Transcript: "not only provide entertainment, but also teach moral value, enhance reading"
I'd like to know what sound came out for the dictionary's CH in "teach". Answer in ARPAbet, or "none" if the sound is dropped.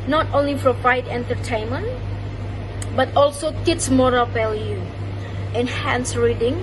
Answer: S